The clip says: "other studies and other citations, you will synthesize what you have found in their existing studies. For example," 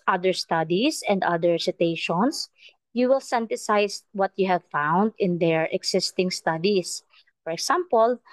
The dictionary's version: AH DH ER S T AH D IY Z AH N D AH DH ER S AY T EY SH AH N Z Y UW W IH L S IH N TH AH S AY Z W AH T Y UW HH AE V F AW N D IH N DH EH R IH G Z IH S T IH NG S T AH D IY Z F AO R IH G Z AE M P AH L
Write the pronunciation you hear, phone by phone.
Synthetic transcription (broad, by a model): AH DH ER S T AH D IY S AH N D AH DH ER S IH T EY SH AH N S Y UW W IH L S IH N T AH S AY S W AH T Y UW HH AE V F AW N D IH N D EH R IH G S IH S T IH NG S T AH D IY S F AO R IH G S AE M P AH L